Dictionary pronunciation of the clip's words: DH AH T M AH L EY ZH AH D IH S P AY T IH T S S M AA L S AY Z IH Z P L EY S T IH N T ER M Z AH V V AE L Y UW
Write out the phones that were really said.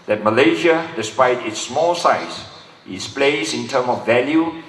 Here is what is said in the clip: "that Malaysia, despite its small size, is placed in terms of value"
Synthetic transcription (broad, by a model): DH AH T M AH L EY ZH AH D IH S P AY T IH T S S M AA L S AY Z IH S P L EY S IH N T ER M AH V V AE L Y UW